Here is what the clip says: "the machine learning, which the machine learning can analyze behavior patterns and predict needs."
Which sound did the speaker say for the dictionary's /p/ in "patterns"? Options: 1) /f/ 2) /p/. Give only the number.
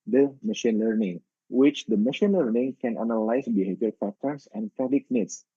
1